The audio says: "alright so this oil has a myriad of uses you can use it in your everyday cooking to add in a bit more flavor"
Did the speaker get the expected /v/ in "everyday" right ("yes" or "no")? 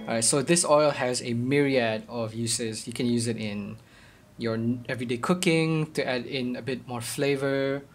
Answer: yes